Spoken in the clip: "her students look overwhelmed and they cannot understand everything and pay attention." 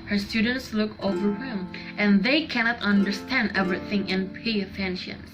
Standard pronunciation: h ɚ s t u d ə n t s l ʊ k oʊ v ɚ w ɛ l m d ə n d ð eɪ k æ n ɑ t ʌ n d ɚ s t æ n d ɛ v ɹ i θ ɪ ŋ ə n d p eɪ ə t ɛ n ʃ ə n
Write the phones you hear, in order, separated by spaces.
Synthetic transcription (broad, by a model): h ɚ s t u d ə n t s l ʊ k oʊ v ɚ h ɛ m ə n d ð eɪ k æ n ɑ t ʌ n d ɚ s t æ n d ɛ v ɹ i θ ɪ ŋ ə n p eɪ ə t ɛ n ʃ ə n